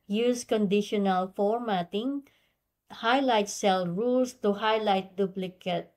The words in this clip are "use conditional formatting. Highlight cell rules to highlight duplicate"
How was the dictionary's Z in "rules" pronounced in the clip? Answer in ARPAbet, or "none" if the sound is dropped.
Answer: S